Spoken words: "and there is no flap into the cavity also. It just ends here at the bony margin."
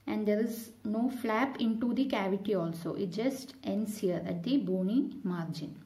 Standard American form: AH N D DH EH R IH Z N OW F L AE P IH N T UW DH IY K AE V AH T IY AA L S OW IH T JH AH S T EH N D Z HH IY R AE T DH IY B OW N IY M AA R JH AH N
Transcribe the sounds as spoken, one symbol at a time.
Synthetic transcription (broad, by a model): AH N D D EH R IH Z N OW F L AE P IH N T UW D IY K AE V AH T IY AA L S OW IH T JH AH S T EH N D S HH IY R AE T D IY B OW N IY M AA R JH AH N